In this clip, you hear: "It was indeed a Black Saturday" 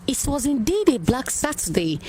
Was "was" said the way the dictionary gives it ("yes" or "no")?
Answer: yes